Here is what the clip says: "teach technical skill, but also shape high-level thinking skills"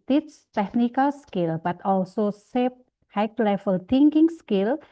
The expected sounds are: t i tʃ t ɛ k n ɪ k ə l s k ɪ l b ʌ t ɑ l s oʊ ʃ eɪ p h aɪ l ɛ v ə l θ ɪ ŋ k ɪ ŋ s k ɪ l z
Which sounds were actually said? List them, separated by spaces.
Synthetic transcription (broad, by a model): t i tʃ t ɛ k n ɪ k ə l s k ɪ l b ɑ t ɑ l s oʊ s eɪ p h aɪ l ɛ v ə l t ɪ ŋ k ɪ ŋ s k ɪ l